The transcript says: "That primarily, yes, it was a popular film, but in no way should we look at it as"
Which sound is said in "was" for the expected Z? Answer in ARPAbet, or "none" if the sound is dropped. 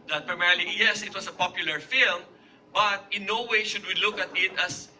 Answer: S